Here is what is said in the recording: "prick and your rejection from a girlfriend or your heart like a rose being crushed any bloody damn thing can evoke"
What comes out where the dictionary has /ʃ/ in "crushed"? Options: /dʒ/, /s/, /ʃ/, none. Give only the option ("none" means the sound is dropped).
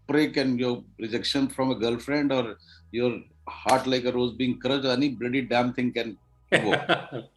none